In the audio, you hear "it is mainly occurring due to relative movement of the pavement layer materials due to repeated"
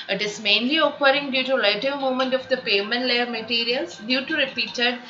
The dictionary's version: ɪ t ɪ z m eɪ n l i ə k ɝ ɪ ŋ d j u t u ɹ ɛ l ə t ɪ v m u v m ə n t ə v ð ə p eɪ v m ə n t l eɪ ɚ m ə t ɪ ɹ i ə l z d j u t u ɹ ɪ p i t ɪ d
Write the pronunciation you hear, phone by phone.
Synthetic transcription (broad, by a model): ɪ t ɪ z m eɪ n l i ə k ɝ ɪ ŋ d j u t u l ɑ ə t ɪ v m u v m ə n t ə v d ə p eɪ m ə n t l eɪ ɚ m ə t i ɹ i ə l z d j u t u ɹ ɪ p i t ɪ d